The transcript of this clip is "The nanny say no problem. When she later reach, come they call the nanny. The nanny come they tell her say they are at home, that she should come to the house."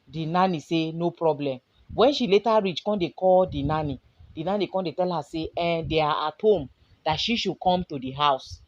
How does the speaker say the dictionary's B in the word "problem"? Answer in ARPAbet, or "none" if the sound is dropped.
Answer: B